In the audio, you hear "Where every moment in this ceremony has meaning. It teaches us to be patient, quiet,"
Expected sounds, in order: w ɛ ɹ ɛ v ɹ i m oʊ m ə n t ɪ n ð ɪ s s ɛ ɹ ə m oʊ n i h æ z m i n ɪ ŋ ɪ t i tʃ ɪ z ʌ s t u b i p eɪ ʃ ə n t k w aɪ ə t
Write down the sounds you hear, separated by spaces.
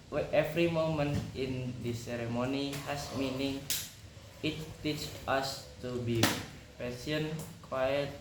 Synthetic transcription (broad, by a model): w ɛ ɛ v ɹ i m oʊ m ə n t ɪ n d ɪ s s ɛ ɹ ə m oʊ n i h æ s m i n ɪ ŋ ɪ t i tʃ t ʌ s t u b i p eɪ s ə n k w aɪ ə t